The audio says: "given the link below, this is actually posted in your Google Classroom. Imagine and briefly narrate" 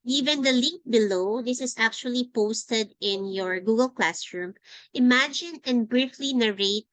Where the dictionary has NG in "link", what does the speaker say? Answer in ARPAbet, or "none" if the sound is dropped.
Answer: none